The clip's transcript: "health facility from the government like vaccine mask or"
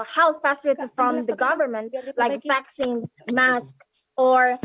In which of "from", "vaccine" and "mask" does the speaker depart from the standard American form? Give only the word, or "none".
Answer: none